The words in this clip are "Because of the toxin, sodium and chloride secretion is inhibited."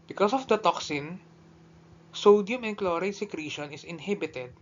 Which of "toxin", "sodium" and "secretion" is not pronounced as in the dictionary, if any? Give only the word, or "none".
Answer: none